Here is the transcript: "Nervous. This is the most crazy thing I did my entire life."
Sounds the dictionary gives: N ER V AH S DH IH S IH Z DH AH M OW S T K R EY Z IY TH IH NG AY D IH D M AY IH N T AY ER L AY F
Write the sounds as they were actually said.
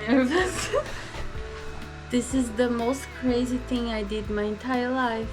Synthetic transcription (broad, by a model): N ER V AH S DH IH S IH Z DH AH M OW S T K R EY Z IY TH IH NG AY D IH D M AY IH N T AY ER L AY F